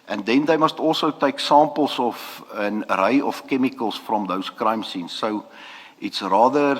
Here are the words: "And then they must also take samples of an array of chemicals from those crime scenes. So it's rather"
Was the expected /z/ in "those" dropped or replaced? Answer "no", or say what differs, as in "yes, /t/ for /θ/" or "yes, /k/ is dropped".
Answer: yes, /s/ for /z/